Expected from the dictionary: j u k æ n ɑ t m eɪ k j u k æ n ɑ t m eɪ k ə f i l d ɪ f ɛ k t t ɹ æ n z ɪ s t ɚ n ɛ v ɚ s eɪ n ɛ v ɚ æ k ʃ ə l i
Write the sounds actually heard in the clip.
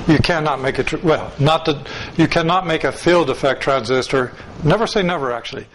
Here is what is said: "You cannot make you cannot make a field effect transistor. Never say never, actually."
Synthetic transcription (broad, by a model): j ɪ k æ n ɑ t m eɪ k j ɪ k æ n ɑ t m eɪ k ə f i l d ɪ f ɛ k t t ɹ æ n z ɪ s t ɚ n ɛ v ɚ s eɪ n ɛ v ɚ æ k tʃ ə l i